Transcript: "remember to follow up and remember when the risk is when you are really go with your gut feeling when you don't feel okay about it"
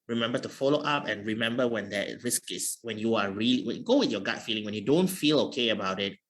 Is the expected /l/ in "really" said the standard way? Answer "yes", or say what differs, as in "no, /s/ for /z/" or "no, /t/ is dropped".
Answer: no, /w/ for /l/